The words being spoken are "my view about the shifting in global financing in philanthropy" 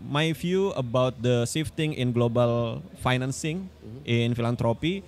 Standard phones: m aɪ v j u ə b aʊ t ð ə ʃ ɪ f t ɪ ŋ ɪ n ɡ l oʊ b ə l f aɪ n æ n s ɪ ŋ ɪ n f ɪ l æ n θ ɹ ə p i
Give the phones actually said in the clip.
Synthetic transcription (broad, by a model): m aɪ f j u ə b aʊ t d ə s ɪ f t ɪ ŋ ɪ n ɡ l oʊ b ə l f aɪ n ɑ n s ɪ ŋ ɪ n f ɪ l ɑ n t ɹ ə p i